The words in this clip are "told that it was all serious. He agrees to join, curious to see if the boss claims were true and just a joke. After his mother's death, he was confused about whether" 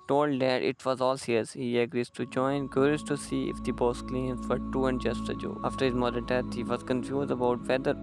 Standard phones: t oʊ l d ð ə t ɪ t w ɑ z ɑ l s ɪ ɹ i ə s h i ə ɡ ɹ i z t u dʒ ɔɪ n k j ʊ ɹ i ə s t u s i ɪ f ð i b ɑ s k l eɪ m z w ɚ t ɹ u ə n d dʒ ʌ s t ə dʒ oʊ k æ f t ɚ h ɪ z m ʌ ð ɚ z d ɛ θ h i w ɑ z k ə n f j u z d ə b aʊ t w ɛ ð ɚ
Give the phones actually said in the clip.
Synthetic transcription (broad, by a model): t oʊ l d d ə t ɪ t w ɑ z ɑ l s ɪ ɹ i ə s h i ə ɡ ɹ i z t u dʒ ɔɪ n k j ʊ ɹ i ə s t u s i ɪ f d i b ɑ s k l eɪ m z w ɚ t u ə n d dʒ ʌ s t ə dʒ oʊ ɑ f t ɚ h ɪ z m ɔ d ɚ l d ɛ t h i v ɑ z k ə n f j u z d ə b aʊ t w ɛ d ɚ